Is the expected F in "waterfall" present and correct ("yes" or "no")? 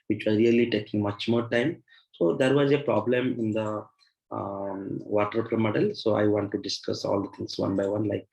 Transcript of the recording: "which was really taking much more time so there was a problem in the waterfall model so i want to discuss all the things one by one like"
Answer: no